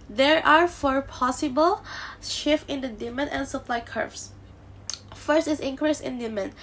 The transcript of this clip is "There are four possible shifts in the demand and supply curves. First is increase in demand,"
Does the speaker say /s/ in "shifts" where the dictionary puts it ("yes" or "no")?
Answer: no